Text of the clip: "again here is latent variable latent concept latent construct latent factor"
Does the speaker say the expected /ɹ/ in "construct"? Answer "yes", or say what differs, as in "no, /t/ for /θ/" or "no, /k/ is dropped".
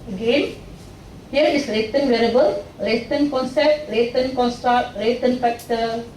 yes